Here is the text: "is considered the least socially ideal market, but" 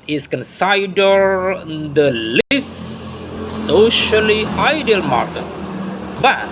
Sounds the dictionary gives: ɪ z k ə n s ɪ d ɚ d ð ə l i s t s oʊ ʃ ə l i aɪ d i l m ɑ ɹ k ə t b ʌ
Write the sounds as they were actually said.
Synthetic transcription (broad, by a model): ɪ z k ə n s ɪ d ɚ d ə l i s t s oʊ ʃ ə l i aɪ d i l m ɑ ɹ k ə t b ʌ